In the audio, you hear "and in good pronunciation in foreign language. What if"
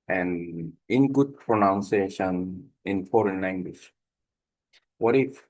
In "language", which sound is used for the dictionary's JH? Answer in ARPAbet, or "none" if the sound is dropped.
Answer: SH